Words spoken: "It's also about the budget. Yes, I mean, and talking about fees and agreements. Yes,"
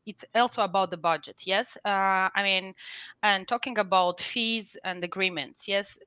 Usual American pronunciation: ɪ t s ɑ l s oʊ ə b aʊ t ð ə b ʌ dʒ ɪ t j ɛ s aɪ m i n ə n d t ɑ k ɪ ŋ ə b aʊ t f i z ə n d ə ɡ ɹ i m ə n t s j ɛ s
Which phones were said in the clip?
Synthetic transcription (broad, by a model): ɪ t s ɑ l s oʊ ə b aʊ t ð ə b ʌ dʒ ɪ t j ɛ s aɪ m i n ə n t ɑ k ɪ ŋ ə b aʊ t f i z ə n d ə ɡ ɹ i m ə n t s j ɛ s